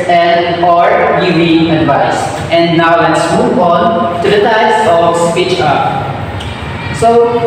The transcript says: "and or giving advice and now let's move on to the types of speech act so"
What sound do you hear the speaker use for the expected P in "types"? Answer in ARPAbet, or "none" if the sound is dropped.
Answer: none